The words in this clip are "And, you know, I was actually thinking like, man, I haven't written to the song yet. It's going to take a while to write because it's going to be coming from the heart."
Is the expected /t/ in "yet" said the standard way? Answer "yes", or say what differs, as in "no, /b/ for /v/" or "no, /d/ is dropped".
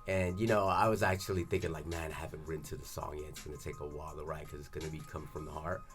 no, /t/ is dropped